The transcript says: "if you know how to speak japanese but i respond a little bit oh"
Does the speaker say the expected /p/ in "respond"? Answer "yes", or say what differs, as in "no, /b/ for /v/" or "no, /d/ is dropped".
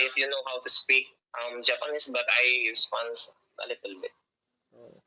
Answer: no, /f/ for /p/